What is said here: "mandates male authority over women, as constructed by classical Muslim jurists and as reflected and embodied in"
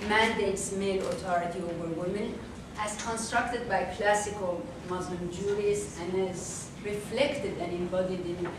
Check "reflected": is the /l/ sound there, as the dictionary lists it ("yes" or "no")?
yes